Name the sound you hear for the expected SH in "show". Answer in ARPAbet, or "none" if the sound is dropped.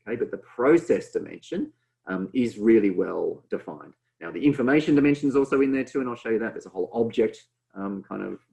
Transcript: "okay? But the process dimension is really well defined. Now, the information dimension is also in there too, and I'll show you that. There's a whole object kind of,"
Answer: SH